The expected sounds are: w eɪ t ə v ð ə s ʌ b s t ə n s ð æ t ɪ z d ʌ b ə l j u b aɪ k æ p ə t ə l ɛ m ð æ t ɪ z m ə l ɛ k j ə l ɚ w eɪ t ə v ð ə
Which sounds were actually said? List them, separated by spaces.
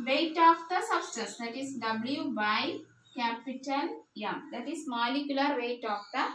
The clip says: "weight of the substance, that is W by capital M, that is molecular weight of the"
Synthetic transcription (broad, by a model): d eɪ t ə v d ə s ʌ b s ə s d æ t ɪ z d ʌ b l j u b aɪ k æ p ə t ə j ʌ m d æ t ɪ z m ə l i k j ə l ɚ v eɪ t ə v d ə